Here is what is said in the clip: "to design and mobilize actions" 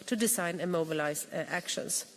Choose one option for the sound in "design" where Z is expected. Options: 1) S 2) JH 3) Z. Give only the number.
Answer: 1